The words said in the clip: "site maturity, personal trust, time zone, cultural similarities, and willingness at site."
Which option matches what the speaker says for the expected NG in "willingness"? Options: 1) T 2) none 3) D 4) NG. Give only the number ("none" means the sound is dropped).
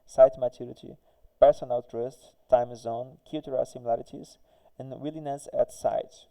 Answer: 2